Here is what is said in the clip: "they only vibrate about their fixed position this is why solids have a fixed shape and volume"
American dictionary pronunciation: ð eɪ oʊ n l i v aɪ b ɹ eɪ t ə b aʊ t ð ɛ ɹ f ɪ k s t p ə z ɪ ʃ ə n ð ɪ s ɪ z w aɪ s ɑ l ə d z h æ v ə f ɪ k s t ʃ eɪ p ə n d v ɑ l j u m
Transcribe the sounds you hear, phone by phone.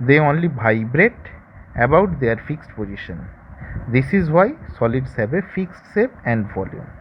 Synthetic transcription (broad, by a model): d eɪ oʊ n l i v aɪ b ɹ eɪ t ə b aʊ t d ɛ ɹ f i k s t p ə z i ʃ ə n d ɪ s ɪ z w aɪ s ɑ l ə d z h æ b ə f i k s t s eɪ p ə n d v ɑ l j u m